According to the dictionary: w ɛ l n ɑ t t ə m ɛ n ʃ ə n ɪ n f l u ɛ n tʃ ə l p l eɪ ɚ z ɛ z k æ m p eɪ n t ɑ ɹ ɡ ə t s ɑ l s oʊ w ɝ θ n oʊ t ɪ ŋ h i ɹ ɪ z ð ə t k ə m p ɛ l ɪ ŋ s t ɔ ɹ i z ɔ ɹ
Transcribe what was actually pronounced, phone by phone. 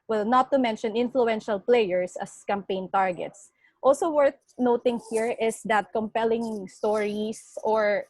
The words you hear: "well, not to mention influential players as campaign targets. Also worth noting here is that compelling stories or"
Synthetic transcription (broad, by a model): w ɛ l n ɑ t t ə m ɛ n ʃ ə n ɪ n f l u ɛ n ʃ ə l p l eɪ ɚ s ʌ s k æ m p eɪ n t ɑ ɹ ɡ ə t s ɑ l s oʊ w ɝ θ n oʊ t ɪ ŋ h i ɹ ɪ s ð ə t k ə m p ɛ l ɪ ŋ s t ɔ ɹ i s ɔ ɹ